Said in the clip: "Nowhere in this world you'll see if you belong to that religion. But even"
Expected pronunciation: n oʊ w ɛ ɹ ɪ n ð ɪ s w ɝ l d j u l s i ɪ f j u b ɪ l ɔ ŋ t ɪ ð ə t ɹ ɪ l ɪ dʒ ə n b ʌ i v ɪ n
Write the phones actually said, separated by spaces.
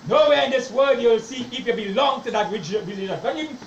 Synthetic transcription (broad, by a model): n oʊ w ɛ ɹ ɪ n ð ɪ s w ɝ d j u l s i ɪ f j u b ɪ l ɔ ŋ t ɪ ð ə t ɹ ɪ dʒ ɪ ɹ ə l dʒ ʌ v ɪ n